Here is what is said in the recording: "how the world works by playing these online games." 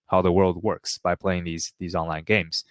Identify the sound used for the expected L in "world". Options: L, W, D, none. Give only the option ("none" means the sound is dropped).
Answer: L